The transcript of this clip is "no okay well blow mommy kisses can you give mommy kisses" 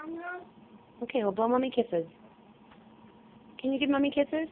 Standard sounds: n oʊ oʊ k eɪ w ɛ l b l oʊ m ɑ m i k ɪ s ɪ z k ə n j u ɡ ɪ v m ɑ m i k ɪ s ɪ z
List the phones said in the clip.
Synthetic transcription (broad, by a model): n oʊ oʊ k eɪ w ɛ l b l oʊ m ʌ m i k ɪ s ɪ z k ə n j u ɡ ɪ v m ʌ m i k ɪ s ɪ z